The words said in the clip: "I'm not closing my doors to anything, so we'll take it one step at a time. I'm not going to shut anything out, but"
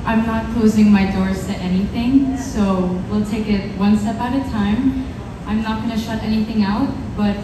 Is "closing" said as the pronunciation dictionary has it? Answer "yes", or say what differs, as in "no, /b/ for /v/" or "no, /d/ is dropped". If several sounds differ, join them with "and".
yes